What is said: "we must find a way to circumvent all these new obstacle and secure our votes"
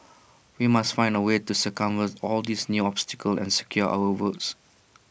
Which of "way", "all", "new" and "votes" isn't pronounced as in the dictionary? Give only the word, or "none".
votes